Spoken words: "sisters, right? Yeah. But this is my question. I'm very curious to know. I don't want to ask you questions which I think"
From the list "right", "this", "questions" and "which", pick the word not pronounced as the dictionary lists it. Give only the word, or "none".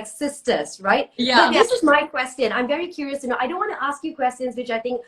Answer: none